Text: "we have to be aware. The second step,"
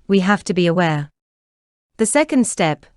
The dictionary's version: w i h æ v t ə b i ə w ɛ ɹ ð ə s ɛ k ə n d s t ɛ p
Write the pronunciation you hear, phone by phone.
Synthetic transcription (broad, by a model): w i h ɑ f t ə b i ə w ɛ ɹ ð ə s ɛ k ə n d s t ɛ p